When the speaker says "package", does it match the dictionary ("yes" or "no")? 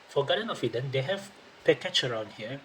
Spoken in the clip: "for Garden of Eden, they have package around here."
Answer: no